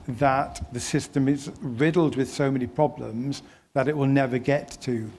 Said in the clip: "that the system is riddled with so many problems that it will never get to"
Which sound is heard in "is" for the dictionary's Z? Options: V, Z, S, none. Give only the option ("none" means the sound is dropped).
Z